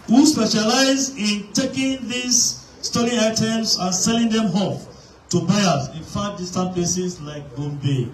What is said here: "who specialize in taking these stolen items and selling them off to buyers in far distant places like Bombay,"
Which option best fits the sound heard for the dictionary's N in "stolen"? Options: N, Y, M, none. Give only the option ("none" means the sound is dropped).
none